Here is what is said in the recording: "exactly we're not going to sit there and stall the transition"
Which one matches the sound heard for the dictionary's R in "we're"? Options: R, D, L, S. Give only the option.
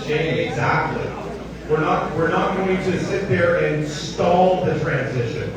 R